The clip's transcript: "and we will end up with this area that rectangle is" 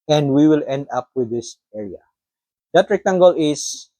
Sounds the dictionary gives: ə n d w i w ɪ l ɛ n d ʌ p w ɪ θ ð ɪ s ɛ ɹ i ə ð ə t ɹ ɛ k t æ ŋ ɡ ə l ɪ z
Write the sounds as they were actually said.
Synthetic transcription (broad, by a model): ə n d w i w ɪ l ɛ n d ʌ p w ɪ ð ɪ s ɛ ɹ i ə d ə t ɹ ɛ k t æ ŋ ɡ ə l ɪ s